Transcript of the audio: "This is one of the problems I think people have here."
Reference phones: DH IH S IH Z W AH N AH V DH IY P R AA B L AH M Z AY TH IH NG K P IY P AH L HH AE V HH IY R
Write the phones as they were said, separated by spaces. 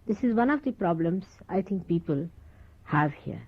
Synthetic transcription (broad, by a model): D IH S IH Z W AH N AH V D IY P R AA B L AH M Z AY T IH NG K P IY P AH L HH AE V HH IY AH